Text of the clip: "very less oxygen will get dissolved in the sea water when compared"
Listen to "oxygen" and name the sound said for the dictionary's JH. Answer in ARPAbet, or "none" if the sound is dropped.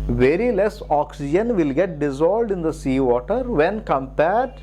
JH